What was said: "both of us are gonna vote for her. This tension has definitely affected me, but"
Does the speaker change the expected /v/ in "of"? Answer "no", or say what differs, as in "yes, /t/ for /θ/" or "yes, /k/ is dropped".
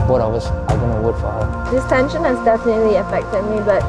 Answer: yes, /w/ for /v/